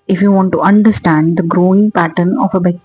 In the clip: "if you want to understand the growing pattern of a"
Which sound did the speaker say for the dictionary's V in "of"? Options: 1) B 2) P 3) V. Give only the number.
1